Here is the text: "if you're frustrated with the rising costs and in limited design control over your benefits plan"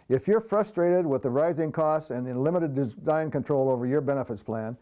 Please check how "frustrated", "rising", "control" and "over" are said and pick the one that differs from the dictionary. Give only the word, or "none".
none